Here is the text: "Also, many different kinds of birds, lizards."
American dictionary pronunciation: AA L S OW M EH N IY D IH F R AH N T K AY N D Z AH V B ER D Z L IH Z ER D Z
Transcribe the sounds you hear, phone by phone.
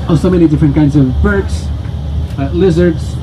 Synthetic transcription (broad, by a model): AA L S OW M EH N IY D IH F R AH N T K AY N D Z AH V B ER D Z L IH Z ER D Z